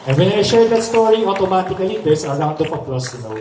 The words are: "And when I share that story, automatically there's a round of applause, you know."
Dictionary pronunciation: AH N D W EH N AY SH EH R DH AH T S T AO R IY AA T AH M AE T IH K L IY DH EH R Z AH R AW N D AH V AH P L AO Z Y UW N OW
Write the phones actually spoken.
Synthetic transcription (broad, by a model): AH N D W EH N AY SH EH R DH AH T S T AO R IY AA T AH M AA T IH K L IY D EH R S AH R AW N D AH P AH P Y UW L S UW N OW